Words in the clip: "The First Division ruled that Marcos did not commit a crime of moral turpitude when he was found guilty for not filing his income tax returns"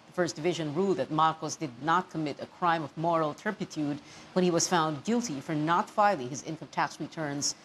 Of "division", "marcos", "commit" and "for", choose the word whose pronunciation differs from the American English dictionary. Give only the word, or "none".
none